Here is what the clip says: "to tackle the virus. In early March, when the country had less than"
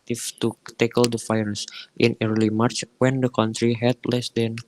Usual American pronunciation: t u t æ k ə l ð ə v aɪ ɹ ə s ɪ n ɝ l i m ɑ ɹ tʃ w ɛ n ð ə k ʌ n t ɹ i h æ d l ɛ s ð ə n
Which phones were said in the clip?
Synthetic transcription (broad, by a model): t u t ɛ k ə l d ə f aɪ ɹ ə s ɪ n ɝ l i m ɑ ɹ tʃ w ɛ n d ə k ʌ n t ɹ i h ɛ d l ɛ s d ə n